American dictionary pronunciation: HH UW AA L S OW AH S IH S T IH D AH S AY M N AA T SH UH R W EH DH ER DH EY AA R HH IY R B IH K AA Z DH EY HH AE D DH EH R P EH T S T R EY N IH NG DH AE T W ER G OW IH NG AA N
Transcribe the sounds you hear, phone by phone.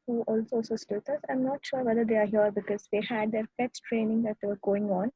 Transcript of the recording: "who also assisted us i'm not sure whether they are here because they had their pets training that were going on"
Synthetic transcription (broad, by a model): HH UW AA L S OW S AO S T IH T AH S AY M N AA T SH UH R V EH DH ER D EY AA R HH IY R B IH K AA Z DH EY HH AE D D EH R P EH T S T R EY N IH NG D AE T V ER G OW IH NG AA N